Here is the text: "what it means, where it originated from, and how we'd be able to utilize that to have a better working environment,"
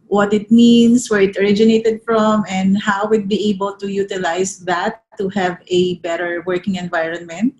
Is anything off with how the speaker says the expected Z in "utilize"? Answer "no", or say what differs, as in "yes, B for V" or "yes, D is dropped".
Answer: yes, S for Z